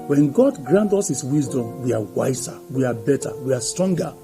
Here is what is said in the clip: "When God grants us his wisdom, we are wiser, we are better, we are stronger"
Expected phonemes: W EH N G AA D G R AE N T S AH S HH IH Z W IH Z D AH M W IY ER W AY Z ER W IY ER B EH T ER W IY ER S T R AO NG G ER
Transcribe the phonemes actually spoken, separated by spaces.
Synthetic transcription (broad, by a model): W EH N G AA D G R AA N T AO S HH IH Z W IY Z D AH M W IY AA W AY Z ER W IY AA B EH T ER W IY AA S T R AO NG G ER